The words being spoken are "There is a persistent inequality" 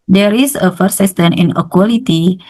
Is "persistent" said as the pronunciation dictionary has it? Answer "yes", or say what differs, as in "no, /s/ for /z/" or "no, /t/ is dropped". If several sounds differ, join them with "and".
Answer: no, /f/ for /p/